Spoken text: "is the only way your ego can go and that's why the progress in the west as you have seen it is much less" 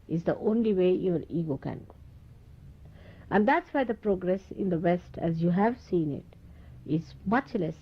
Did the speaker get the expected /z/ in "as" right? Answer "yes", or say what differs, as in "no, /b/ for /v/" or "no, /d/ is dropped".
yes